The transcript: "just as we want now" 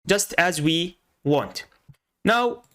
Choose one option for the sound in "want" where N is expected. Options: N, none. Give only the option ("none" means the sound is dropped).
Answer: N